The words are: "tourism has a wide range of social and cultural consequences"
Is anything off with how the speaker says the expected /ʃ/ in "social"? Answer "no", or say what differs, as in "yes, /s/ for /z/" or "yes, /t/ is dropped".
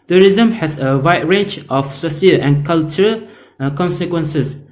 yes, /s/ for /ʃ/